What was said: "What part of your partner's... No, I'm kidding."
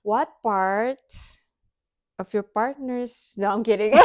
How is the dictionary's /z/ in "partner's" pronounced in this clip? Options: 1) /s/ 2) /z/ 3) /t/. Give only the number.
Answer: 1